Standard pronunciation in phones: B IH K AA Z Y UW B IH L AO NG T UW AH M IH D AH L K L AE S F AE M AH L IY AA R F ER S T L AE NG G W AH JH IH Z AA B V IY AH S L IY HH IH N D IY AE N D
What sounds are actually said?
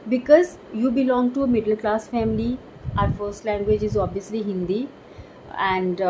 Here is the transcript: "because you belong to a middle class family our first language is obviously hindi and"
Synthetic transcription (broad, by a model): B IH K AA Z Y UW B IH L AO NG T UW AH M IH D AH L K L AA S F AE M AH L IY AA R F ER S T L AE NG G W AH JH IH Z AA B V IY AH S L IY HH IH N D IY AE N D